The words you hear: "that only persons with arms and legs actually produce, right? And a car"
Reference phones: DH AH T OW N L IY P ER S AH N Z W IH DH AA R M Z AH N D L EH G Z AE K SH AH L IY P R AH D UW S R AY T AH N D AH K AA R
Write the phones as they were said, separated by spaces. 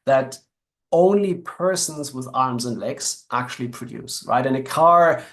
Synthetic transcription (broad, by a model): DH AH T OW N L IY P ER S AH N Z W IH DH AA R M Z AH N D L EH G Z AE K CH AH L IY P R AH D UW S R AY T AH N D AH K AA R